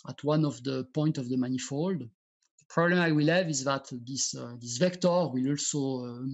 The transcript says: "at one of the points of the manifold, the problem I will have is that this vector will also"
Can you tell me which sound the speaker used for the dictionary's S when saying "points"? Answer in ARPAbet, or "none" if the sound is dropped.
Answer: none